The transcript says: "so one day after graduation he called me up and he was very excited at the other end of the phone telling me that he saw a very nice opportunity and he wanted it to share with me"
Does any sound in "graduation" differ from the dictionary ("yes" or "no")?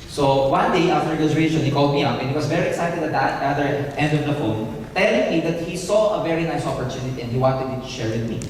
yes